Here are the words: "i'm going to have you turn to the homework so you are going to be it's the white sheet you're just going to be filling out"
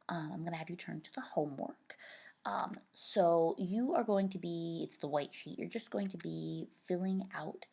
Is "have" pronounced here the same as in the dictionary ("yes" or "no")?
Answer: yes